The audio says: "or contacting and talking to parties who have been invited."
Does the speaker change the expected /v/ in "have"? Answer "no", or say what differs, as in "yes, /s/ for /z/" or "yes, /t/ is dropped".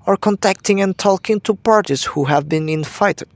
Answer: no